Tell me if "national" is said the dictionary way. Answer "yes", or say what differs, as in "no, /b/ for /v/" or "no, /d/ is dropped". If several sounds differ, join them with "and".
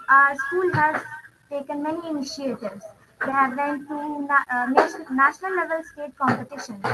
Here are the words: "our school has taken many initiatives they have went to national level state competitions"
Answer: no, /n/ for /l/